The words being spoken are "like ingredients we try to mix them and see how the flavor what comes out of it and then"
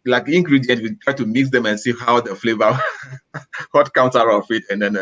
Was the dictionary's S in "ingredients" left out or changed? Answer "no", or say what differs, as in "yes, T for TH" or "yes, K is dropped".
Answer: yes, S is dropped